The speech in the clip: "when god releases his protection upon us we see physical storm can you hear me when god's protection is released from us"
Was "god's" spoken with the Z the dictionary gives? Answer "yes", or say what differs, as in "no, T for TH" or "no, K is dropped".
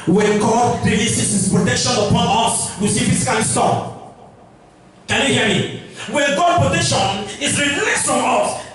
no, Z is dropped